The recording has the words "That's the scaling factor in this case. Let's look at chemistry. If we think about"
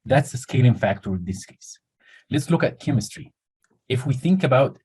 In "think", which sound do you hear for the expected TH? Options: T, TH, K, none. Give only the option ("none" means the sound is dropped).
TH